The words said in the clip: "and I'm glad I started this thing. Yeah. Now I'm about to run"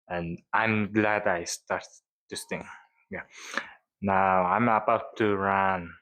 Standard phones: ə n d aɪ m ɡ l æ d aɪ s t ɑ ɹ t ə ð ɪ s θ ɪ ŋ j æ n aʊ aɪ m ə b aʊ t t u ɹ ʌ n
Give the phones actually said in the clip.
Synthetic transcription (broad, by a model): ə n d aɪ m ɡ l æ d aɪ s t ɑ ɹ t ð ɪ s t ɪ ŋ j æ n aʊ aɪ m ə b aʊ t t u ɹ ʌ n